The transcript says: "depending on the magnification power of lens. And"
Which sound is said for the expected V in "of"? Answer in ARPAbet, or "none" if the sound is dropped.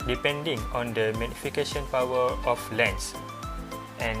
F